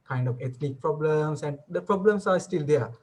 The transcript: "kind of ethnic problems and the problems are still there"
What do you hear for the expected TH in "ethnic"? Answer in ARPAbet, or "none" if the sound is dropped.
T